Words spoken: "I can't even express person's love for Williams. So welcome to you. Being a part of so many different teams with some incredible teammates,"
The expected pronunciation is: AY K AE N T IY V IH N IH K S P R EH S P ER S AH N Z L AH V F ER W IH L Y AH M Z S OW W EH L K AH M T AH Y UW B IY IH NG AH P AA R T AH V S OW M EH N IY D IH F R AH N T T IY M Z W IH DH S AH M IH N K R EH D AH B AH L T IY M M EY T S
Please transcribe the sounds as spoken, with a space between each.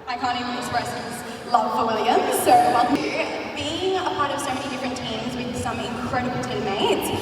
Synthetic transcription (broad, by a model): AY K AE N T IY IH IH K S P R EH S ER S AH Z L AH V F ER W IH L Y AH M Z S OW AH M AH B IY IH NG AH P AA R T AH V S OW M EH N IY D IH F R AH N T T IY M Z W IH DH S AH M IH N K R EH D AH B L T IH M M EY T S